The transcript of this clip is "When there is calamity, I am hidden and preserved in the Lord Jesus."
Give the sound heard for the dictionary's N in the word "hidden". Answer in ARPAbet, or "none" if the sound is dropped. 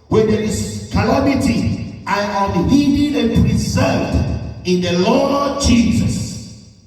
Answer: none